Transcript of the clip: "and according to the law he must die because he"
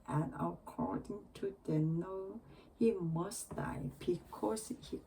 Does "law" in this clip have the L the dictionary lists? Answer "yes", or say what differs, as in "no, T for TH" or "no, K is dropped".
no, N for L